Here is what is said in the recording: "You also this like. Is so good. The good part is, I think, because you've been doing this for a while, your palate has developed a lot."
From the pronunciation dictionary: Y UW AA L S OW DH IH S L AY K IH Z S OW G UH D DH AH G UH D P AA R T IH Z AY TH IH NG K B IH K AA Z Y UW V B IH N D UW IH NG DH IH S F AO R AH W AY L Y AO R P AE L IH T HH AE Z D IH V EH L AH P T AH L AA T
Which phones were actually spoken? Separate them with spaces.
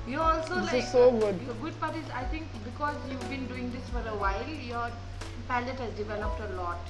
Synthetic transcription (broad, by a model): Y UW AA L S OW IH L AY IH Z S OW G UH D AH G UH D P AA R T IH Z AY T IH NG K B IH K AA Z Y UW V B IH N D UW IH NG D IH S F AO R AH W AY L Y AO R P AE L IH T HH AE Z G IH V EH N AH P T AH L AA T